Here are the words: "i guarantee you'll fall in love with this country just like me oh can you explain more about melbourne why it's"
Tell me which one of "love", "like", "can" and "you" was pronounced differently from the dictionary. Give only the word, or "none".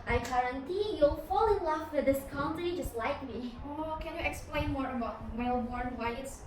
love